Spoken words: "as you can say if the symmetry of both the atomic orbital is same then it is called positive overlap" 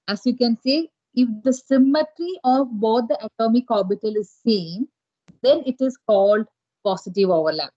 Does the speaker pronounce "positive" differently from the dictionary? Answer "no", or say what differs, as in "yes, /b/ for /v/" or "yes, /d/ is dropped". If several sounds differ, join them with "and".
yes, /s/ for /z/